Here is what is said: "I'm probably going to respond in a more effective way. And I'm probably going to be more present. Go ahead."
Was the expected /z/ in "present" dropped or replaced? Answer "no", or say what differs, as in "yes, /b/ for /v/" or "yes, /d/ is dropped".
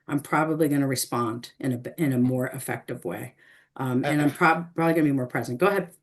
no